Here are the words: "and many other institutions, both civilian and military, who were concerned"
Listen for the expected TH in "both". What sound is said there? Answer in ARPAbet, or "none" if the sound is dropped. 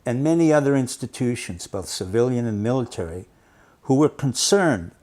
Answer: TH